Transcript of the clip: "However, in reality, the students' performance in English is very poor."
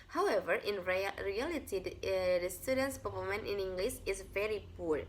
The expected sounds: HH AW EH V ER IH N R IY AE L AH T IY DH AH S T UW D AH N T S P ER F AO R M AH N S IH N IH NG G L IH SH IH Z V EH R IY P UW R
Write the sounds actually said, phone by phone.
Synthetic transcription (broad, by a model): HH AW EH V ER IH N R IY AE L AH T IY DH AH S T UW D AH N T S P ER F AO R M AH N IH N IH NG G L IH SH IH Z V EH R IY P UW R